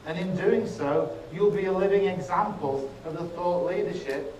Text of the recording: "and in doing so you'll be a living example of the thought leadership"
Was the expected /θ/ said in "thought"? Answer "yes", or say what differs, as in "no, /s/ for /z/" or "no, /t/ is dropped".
yes